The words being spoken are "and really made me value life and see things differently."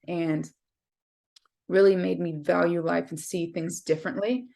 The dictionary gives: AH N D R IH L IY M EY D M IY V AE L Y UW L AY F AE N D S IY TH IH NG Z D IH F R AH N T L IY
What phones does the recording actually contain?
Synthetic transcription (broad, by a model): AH N R IH L IY M EY D M IY V AE L Y UW L AY F N S IY TH IH NG Z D IH F R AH N T L IY